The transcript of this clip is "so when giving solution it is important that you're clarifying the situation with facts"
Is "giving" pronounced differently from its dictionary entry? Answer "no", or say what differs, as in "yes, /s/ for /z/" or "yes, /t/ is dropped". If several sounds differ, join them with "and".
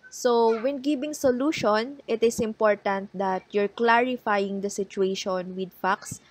yes, /b/ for /v/